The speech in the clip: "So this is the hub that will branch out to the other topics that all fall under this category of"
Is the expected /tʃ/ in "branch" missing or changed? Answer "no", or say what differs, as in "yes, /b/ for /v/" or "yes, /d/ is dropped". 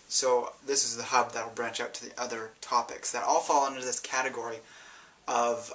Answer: no